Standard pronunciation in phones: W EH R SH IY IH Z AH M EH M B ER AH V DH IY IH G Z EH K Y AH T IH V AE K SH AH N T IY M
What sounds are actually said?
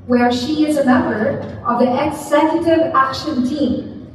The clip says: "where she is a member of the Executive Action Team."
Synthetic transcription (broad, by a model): W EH R SH IY IH Z AH M EH M B ER AH V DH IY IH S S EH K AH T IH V AE K SH AH N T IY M